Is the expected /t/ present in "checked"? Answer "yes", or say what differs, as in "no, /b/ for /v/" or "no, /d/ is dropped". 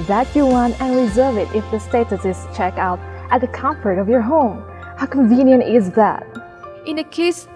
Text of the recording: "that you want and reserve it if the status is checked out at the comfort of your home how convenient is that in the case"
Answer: no, /t/ is dropped